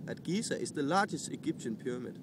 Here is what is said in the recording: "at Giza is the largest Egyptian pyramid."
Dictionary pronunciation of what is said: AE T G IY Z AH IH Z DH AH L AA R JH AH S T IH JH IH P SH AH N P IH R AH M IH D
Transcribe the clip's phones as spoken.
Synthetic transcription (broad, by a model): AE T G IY S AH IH S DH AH L AA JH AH S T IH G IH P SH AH N P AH M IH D